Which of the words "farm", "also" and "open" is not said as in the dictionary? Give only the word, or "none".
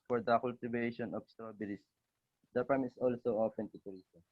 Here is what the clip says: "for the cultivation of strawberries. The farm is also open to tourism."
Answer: farm